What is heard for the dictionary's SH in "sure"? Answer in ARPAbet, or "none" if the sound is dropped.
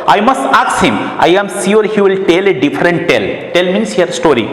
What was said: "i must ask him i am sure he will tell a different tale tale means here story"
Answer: S